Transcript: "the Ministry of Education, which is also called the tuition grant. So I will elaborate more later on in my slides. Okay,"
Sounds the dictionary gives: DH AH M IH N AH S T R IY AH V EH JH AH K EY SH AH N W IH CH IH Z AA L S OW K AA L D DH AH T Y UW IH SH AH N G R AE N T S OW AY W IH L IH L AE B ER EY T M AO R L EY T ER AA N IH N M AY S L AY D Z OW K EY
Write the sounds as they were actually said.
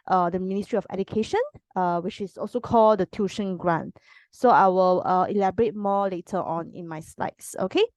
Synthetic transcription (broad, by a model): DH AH M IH N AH S T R IY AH F EH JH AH K EY SH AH N W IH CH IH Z AA L S OW K AA L D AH T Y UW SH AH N G R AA N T S OW AY W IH L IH L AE B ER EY T M AO L EY T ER AA N IH N M AY S L AY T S OW K EY